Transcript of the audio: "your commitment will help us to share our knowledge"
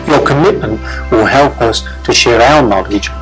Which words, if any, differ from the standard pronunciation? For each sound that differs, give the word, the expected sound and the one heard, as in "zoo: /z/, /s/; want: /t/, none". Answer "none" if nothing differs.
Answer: none